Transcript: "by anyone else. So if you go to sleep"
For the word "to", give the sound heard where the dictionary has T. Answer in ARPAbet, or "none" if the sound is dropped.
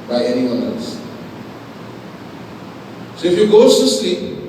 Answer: S